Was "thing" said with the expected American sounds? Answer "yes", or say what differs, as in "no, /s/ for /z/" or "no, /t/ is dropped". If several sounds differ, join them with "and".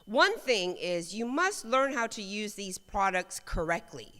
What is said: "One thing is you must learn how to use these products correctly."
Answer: yes